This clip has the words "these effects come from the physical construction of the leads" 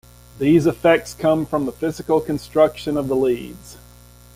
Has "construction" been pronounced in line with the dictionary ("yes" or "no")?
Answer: yes